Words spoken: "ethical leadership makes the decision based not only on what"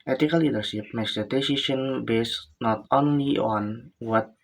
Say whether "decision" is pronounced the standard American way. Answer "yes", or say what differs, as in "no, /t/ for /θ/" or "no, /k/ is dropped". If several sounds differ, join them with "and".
no, /ʃ/ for /ʒ/